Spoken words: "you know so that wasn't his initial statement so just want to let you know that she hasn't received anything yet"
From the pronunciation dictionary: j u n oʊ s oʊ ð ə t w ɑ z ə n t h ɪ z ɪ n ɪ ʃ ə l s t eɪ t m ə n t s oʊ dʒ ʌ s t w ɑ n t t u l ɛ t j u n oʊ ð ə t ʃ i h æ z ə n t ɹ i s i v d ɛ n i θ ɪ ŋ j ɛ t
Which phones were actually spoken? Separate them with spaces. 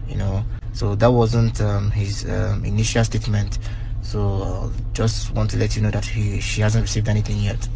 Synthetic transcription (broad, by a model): j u n oʊ s oʊ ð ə t w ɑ z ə n t h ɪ z ɪ n ɪ ʃ ə l s t eɪ t m ə n t s oʊ dʒ ʌ s t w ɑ n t t u l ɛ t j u n oʊ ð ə t ʃ i h æ z ə n t ɹ i s i v d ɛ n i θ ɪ ŋ j ɛ t